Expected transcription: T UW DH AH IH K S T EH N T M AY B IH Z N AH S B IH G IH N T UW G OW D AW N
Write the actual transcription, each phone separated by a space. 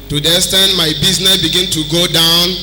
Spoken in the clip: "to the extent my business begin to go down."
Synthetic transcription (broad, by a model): T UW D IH S T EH N M AY B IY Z N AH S B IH G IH N T UW G OW D AW N